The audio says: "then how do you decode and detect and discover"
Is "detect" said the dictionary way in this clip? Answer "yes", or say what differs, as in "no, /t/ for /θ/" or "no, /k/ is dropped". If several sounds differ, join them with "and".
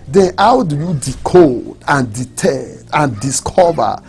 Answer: no, /k/ is dropped